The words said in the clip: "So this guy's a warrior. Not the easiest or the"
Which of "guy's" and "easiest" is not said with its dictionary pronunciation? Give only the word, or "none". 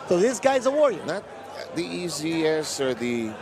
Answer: easiest